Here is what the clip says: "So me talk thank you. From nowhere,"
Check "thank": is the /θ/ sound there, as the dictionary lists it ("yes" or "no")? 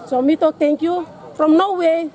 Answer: no